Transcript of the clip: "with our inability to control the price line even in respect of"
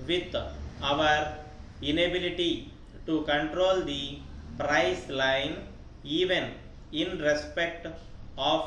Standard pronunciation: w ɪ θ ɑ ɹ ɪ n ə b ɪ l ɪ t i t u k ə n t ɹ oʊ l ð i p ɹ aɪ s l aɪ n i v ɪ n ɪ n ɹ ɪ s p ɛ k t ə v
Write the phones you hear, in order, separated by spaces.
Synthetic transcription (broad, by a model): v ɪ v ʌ ɹ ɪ n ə b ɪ l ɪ t i t u k ə n t ɹ oʊ l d i p ɹ aɪ s l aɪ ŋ i v ɪ n ɪ n ɹ ɪ s p ɛ k t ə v